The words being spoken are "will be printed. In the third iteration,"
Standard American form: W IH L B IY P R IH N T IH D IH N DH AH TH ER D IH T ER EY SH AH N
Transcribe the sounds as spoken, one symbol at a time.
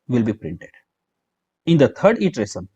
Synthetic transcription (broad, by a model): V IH L B IY P R IH N T IH D IH N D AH T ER D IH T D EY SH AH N